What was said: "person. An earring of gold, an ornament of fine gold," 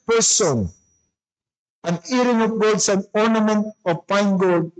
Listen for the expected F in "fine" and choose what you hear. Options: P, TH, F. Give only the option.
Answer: P